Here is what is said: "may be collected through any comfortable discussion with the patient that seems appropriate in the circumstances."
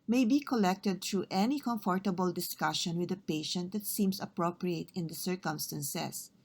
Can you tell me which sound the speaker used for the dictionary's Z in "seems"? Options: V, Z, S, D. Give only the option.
S